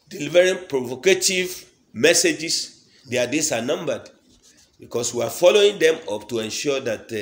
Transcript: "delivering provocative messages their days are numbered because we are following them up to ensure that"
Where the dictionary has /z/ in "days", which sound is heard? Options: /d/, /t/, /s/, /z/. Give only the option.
/s/